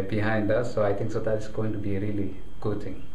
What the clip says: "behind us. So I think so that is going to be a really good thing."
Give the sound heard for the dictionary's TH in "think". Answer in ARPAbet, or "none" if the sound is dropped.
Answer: T